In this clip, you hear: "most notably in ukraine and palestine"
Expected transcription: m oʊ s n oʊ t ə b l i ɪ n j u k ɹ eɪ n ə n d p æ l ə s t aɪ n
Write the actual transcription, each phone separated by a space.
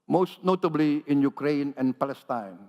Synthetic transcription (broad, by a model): m oʊ s n oʊ t ə b l i ɪ n j u k ɹ eɪ n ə n p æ l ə s t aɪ n